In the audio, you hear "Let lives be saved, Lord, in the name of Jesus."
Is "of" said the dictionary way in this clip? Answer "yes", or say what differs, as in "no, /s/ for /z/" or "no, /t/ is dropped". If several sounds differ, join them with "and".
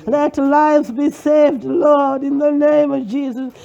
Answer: yes